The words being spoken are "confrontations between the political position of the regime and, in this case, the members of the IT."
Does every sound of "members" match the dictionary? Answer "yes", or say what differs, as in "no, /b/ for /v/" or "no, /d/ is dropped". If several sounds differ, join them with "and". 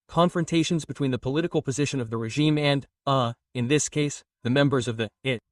yes